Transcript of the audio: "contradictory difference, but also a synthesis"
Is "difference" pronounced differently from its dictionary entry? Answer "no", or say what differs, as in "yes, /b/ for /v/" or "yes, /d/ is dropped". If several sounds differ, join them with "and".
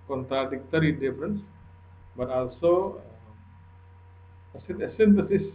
no